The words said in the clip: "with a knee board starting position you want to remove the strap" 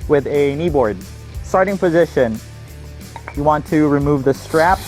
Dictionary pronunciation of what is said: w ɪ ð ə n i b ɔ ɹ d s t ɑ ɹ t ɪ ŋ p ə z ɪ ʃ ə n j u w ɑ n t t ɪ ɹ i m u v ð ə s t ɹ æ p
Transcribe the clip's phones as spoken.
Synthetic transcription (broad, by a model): w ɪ ð ə n i b ɔ ɹ d s t ɑ ɹ t ɪ ŋ p ə z ɪ ʃ ə n j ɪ w ɑ n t t ɪ ɹ i m u v ð ə s t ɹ æ p